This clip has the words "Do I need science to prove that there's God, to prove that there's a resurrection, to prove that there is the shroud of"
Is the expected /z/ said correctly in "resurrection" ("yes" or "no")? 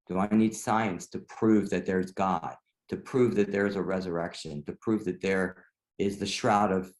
yes